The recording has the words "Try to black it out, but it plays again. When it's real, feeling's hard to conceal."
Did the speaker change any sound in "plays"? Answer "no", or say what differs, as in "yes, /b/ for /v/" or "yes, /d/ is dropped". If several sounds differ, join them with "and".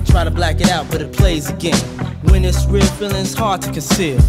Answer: no